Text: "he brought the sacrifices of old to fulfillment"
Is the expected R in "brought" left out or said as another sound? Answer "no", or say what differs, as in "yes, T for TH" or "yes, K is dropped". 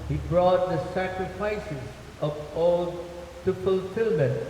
no